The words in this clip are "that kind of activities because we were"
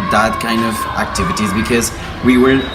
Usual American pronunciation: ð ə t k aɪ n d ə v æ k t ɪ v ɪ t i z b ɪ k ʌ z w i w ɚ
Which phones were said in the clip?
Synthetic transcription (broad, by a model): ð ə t k aɪ n d ə v æ k t ɪ v ɪ t i z b ɪ k ʌ z w i w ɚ